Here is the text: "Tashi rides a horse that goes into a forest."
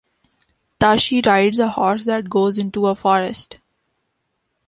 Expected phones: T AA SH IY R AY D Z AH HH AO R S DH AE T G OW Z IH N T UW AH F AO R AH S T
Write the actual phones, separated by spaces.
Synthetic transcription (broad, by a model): T AA SH IY R AY D Z AH HH AO R S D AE T G OW Z IH N T UW AH F AO R AH S T